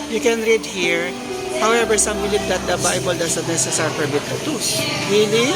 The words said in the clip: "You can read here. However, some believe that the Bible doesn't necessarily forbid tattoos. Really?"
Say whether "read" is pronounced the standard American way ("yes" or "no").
yes